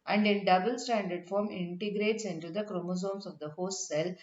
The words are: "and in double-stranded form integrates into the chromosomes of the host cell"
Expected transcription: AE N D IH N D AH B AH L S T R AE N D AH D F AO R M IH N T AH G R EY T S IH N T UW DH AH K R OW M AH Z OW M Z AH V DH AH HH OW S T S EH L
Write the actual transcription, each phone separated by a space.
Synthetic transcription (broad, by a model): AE N D IH N D AH B AH L S T AE N D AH D F AO R M IH N T AH G R EY T S IH N T UW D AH K R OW M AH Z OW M S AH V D AH HH OW S T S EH L